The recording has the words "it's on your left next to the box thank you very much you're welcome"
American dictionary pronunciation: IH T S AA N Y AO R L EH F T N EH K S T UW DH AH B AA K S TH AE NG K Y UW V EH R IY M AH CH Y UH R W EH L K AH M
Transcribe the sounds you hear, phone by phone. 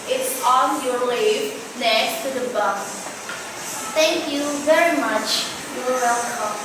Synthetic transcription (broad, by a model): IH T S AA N Y AO R L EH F N EH K S T UW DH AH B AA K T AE NG K Y UW V EH R IY M AH CH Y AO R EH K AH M